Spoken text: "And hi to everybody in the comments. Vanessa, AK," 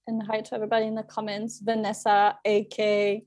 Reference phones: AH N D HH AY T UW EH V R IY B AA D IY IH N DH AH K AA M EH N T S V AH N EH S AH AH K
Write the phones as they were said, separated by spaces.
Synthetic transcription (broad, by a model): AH N HH AY T UW EH V R IY B AA D IY IH N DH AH K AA M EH N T S V AH N EH S AH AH K